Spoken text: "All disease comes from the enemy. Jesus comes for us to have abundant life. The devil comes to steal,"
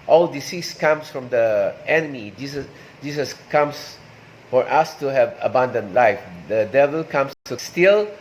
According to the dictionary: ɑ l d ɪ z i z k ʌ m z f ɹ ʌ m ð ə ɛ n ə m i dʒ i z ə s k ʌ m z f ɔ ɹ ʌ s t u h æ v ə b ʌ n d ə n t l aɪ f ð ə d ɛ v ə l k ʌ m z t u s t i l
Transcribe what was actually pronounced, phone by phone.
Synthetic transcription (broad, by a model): ɑ l d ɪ s i s k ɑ m s f ɹ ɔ m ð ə ɛ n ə m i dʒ i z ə s k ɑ m s f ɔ ɹ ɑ s t u h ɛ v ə b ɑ n d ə n l aɪ f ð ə d ɛ v ə l k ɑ m s t u s t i l